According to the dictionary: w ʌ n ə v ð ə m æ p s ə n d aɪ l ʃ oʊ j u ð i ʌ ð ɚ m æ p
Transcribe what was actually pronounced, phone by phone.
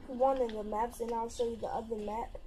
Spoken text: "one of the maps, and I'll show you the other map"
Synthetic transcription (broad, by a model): w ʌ n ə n ð ə m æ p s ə n aɪ l s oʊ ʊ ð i ʌ ð ɚ m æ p